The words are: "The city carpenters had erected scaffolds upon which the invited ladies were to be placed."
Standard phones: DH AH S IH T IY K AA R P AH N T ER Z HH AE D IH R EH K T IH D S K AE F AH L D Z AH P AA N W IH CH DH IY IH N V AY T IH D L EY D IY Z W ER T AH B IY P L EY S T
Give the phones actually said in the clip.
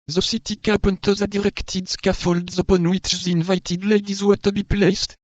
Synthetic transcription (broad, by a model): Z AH S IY T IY K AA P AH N T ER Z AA D IH R EH K T IH D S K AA F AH L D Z AH P AA N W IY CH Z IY N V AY T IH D L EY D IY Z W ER T AH B IY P L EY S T